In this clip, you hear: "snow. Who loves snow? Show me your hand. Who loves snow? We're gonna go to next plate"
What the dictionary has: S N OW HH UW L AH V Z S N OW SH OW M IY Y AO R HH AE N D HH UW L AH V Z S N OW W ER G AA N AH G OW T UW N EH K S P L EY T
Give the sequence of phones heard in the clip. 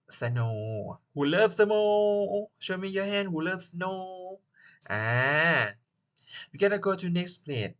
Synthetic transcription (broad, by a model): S N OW HH UW L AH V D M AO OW SH OW M IY Y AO HH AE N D HH UW L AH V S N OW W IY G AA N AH G OW T UW N EH K S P L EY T